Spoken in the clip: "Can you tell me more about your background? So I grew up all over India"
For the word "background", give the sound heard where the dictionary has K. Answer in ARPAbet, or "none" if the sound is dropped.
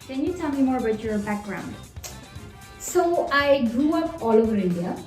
K